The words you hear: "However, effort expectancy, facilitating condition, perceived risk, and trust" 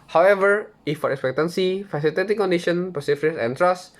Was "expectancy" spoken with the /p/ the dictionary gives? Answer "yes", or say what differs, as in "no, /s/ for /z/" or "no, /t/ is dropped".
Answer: yes